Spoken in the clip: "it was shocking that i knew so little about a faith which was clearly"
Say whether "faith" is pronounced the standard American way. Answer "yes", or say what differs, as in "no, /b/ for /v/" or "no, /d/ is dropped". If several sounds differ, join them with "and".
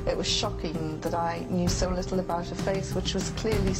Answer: no, /s/ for /θ/